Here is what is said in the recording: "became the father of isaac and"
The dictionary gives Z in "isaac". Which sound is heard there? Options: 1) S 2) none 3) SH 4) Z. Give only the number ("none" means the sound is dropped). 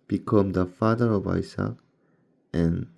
1